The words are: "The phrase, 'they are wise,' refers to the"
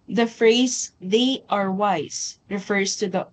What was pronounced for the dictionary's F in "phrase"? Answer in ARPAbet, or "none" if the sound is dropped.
F